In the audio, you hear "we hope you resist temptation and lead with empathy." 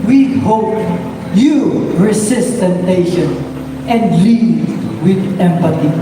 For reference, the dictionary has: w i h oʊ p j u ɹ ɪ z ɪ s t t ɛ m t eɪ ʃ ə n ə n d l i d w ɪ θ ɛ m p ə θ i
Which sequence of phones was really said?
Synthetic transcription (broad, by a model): w i h oʊ p j u ɹ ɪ s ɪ s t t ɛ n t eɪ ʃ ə n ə n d l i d w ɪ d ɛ m p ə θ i